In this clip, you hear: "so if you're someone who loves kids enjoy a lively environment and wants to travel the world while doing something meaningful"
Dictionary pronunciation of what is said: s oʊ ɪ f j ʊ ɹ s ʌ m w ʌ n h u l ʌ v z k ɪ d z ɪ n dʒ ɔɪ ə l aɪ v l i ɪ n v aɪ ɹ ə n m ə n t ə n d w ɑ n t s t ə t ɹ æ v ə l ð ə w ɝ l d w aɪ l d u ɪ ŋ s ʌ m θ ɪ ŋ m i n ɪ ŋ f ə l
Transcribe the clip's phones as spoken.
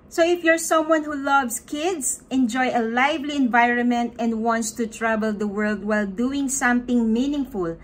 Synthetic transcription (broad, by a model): s oʊ ɪ f j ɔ ɹ s ʌ m w ʌ n h u l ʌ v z k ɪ d s ɪ n dʒ ɔɪ ə l aɪ v l i ɪ n v aɪ ɹ ə n m ə n t ə n d w ɑ n t s t ə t ɹ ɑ b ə l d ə w ɝ l d w aɪ l d u ɪ ŋ s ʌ m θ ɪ ŋ m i n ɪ ŋ f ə l